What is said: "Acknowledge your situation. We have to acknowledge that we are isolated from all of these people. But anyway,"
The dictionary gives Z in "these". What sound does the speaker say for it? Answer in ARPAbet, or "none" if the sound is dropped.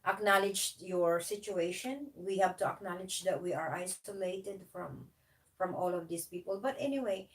S